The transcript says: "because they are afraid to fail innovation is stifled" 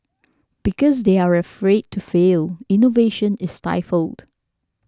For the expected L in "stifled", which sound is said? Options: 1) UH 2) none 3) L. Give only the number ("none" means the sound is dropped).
3